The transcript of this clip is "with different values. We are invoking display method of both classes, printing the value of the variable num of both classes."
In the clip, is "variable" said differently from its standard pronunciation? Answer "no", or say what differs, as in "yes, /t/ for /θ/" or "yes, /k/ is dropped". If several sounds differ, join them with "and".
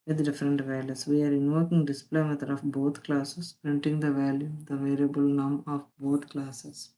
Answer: no